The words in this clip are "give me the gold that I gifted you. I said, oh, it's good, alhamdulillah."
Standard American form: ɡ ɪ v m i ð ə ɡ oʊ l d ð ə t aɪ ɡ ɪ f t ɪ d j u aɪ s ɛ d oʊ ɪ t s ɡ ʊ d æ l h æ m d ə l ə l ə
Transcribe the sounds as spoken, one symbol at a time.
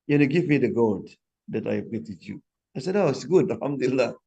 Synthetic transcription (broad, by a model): ɡ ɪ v m i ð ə ɡ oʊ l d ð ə t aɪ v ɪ t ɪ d j u aɪ s ɛ d oʊ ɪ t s ɡ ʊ d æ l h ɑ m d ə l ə l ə